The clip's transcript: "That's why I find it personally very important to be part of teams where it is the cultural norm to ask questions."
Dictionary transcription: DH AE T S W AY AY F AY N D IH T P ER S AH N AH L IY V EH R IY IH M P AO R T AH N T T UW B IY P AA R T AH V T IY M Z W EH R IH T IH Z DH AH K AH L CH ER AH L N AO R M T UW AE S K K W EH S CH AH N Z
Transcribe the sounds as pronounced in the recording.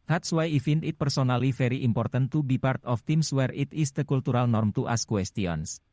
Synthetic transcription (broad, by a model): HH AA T S W AY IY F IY N IH T P ER S AH N AH L IY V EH R IY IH M P AO R T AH N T T UW B IY P AA R T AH F T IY M S W EH R IH T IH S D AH K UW L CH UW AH L N AO R M T UW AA S K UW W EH S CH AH N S